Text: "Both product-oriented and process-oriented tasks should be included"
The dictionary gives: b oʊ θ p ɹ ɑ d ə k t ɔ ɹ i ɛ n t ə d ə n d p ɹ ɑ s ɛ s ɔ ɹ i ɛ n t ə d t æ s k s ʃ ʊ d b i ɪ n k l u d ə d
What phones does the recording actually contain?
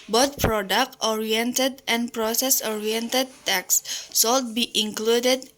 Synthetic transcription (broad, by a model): b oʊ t p ɹ ɑ d ə k t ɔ ɹ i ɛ n t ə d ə n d p ɹ ɑ s ɛ s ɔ ɹ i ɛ n t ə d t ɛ k s s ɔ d b i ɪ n k l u d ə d